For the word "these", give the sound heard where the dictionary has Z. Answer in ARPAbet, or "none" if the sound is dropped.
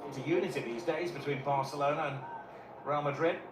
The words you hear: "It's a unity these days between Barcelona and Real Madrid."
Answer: Z